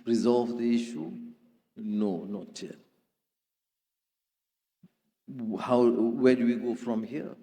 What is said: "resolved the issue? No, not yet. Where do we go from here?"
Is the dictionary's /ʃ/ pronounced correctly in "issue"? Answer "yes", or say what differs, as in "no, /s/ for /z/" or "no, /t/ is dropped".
yes